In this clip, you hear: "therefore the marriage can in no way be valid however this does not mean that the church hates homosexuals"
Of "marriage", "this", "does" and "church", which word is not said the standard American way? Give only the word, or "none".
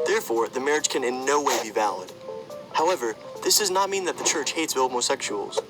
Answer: none